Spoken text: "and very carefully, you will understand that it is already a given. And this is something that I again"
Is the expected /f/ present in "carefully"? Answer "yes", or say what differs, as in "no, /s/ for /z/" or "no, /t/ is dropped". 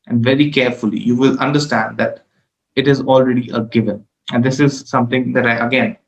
yes